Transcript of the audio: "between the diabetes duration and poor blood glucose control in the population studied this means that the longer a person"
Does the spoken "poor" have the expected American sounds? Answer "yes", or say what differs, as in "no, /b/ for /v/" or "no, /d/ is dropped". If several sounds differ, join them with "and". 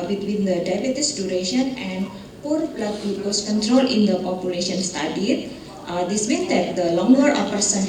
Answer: yes